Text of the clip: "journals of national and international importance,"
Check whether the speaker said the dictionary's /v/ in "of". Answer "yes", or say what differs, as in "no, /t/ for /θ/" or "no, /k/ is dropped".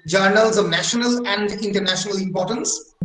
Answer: yes